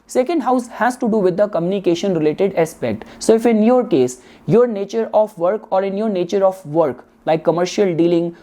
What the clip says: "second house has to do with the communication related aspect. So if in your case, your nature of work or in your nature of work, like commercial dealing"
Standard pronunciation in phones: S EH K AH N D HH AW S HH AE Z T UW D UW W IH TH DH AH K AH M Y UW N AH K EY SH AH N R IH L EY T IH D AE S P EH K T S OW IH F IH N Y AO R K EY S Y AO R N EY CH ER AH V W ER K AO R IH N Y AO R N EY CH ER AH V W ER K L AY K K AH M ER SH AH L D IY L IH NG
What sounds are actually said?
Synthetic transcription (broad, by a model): S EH K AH N D HH AW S HH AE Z T UW D UW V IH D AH K AH M Y UW N AH K EY SH AH N R IH L EY T IH D AE S P EH K T S OW IH F IH N Y AO R K EY S Y AO R N EY CH ER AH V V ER K AO R IH N Y AO R N EY CH ER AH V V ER K L AY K K AH M ER SH AH L D IY L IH NG